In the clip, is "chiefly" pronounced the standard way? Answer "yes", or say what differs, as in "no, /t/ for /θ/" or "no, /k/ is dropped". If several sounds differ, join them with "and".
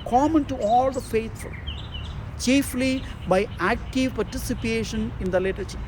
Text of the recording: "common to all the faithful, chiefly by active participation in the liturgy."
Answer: yes